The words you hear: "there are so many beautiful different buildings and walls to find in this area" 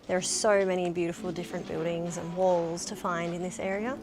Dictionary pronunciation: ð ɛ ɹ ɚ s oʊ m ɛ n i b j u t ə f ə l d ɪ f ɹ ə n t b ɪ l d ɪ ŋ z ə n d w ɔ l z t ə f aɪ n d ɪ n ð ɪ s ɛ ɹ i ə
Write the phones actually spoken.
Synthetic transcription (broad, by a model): ð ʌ ɹ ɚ s oʊ m ɛ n i b j u t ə f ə l d ɪ f ɹ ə n b ɪ l d ɪ ŋ z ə n w ɔ l z t ə f aɪ n d ɪ n ð ɪ s ɛ ɹ i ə